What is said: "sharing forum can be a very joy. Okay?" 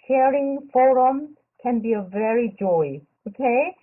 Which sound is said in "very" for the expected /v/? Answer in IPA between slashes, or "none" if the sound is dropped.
/v/